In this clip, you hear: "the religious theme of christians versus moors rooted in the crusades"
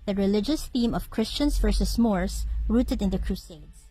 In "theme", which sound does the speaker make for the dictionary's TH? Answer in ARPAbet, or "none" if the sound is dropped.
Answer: TH